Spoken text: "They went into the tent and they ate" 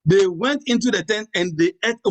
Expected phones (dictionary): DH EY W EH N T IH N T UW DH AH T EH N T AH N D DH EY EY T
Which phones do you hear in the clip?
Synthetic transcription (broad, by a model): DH EY W EH N T IH N T UW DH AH T EH N T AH N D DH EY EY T